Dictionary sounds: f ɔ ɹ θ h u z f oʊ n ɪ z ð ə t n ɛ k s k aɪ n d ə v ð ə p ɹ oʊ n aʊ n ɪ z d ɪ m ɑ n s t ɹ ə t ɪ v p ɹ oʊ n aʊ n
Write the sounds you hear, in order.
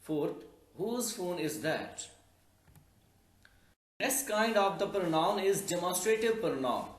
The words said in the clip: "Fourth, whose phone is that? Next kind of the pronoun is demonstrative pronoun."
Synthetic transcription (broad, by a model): f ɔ ɹ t h u z f oʊ n ɪ z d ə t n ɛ s k aɪ n d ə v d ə p ɹ oʊ n aʊ n ɪ z d ɪ m ɑ n s t ɹ ə t ɪ v p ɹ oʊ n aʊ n